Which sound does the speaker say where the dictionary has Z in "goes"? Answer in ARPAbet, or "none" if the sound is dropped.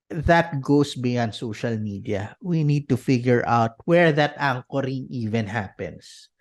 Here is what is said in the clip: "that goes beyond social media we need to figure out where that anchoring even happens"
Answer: S